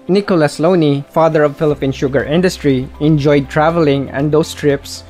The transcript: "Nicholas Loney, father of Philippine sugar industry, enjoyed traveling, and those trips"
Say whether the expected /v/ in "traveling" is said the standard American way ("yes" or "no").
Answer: yes